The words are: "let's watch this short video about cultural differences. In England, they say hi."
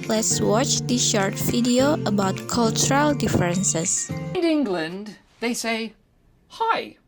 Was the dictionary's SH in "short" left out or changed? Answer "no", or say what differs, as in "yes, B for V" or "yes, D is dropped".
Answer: no